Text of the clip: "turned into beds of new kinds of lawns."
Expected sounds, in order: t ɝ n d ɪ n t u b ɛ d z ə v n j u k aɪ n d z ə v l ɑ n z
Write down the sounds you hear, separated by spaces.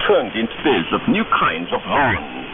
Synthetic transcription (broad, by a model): t ɝ n d ɪ n t u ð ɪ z ə v n j u k aɪ n d z ə v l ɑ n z